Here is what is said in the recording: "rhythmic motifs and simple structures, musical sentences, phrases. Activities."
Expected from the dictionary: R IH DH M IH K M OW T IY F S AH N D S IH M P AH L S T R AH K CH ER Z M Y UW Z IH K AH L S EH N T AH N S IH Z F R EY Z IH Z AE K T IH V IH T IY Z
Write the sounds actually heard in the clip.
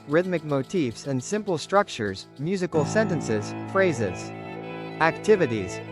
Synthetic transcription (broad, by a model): R IH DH M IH K M OW T IY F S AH N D S IH M P L S T R AH K CH ER Z M Y UW Z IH K L S EH N T AH N S IH Z F R EY Z IH Z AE K T IH V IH T IY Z